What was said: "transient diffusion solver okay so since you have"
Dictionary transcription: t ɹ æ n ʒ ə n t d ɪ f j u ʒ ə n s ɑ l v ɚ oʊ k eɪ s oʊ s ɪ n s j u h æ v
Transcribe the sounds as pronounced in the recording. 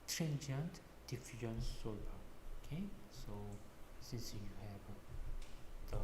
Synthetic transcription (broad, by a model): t ɹ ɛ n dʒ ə n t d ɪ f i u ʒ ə n s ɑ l ɚ oʊ k eɪ s oʊ s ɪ n s j u h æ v